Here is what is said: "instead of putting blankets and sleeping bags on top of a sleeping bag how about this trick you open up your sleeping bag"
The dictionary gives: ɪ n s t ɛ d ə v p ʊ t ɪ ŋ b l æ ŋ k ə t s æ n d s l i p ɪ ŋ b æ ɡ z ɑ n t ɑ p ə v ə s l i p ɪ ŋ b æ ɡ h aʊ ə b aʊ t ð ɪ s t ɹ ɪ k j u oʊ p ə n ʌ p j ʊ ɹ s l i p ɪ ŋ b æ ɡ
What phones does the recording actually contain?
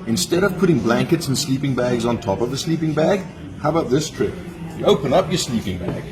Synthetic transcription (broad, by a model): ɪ n s t ɛ d ə v p ʊ t ɪ ŋ b l æ ŋ k ə t s n s l i p ɪ ŋ b æ ɡ z n t ɑ p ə v ə s l i p ɪ ŋ b æ ɡ h aʊ ə b aʊ t ð ɪ s t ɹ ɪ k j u oʊ p ə n ʌ p j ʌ ɹ s l i p ɪ ŋ b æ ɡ